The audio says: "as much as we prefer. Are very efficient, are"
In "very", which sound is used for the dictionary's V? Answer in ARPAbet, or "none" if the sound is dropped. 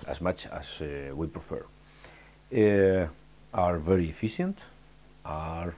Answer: V